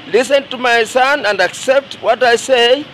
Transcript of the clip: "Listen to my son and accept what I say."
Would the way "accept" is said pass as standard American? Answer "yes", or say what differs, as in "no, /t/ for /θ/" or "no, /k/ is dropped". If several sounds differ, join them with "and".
yes